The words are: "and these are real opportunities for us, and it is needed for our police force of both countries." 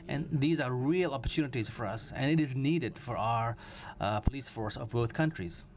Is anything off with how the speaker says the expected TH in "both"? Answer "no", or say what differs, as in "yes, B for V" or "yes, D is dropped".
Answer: yes, T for TH